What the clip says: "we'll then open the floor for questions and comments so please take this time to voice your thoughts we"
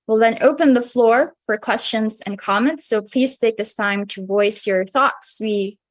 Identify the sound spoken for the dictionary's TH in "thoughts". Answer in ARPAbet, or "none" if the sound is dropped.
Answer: TH